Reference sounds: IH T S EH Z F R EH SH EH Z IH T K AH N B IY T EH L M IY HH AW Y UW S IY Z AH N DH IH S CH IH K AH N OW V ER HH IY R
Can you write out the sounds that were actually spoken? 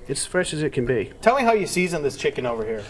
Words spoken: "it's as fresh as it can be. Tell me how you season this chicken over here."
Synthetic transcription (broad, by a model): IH T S F R EH SH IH Z IH T K AH N B IY T EH L M IY HH AW Y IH S IY Z AH N DH IH S CH IH K AH N OW V ER HH IY R